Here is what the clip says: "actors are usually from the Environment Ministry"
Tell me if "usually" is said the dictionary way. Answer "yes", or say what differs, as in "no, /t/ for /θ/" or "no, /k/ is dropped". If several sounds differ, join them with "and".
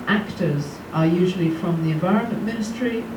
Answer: yes